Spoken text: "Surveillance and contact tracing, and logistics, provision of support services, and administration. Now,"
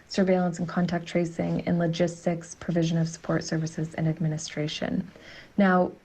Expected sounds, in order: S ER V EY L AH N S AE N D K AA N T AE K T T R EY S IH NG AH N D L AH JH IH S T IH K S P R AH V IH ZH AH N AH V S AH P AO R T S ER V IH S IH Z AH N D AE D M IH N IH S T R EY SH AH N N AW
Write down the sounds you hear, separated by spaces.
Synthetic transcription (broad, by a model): S ER V EY L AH N S N K AA N T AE K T T R EY S IH NG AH N L AH JH IH S T IH K S P R AH V IH ZH AH N AH V S AH P AO R T S ER V IH S IH Z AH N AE D M IH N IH S T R EY SH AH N N AW